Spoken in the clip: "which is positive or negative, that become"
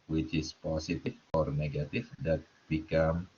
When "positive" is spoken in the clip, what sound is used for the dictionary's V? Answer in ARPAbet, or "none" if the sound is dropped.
F